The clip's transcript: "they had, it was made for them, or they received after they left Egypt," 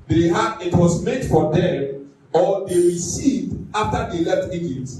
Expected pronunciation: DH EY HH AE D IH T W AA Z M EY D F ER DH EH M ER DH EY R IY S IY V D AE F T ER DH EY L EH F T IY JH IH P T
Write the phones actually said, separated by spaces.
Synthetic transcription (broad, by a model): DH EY HH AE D IH T W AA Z M EY D F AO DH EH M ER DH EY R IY S IY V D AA F T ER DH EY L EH T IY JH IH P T